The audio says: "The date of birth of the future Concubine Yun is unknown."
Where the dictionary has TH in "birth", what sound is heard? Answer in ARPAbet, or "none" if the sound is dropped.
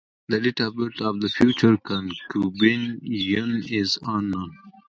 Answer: T